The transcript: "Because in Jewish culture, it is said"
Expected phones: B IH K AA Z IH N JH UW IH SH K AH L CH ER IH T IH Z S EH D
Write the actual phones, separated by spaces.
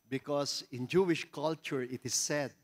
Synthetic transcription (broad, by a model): B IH K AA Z IH N JH UW IH SH K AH L CH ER IH T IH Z S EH D